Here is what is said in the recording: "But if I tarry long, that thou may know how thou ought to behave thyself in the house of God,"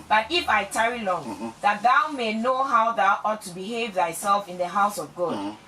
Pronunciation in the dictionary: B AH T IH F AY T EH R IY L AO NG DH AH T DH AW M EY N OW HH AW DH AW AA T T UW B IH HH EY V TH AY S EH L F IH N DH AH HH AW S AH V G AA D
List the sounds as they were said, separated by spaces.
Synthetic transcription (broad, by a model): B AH T IH F AY T EH R IY L AO NG DH AH T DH AW M EY N OW HH AW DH AW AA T T UW B IH HH EY V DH AY S EH L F IH N DH AH HH AW S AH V G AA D